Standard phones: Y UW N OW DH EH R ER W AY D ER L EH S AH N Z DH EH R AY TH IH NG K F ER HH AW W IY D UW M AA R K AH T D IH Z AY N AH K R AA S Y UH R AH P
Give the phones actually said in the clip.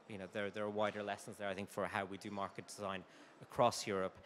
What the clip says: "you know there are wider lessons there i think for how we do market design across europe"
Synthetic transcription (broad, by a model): Y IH N OW DH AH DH ER W AY D ER L EH S AH N Z DH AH R AY TH IH NG K F ER HH AW W IY D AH M AA R K AH T D IH Z AY N AH K R AA S Y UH R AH P